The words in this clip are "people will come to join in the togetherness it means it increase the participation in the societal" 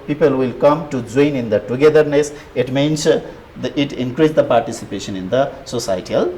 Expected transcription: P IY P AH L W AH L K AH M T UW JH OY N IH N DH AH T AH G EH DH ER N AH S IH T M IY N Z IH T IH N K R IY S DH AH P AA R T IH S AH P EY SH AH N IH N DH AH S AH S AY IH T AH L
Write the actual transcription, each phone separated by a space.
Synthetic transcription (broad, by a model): P IY P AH L W AH L K AH M T UW JH OY N IH N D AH T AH G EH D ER N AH S IH T M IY N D IH T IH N K R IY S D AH P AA R T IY S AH P EY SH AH N IH N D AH S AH S AY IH T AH L